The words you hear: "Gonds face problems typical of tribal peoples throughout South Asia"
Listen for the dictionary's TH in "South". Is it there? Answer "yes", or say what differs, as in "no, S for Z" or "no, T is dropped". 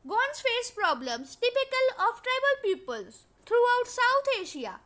no, T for TH